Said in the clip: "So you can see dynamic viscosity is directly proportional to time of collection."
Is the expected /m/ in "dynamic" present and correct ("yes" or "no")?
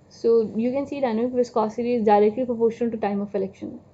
no